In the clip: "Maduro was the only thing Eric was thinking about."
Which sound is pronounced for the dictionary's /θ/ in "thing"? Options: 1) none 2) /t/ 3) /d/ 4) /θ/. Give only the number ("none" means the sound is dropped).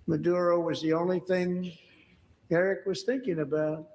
4